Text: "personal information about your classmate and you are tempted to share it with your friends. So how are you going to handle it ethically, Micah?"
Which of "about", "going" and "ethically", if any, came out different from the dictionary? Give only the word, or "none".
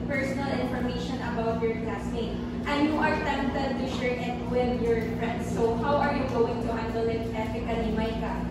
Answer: ethically